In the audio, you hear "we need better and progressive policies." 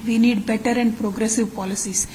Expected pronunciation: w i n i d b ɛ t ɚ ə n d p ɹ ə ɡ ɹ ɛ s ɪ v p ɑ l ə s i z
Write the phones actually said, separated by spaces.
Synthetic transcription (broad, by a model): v i n i d b ɛ t ɚ ə n d p ɹ ə ɡ ɹ ɛ s ɪ v p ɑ l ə s i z